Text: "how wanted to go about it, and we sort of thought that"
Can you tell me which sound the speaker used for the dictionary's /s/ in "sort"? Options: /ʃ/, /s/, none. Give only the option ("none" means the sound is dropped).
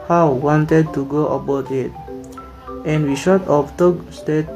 /ʃ/